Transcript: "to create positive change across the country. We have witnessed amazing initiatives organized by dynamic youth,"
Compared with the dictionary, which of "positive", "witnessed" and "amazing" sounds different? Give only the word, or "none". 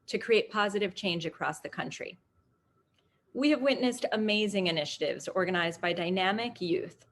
none